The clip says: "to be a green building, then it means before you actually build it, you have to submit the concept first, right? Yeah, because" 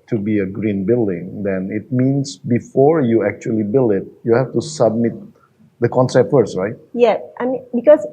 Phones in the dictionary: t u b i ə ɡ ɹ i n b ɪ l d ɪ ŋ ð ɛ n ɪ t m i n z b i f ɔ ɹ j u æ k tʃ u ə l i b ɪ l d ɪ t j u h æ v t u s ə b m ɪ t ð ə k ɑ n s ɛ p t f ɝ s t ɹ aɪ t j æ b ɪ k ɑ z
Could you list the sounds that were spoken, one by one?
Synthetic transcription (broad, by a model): t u b i ə ɡ ɹ i n b ɪ l d ɪ ŋ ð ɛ n ɪ t m i n s b i f ɔ ɹ j u æ k tʃ u ə l i b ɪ l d ɪ t j u h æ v t u s ə b m ɪ t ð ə k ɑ n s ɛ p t f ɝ s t ɹ aɪ t j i b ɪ k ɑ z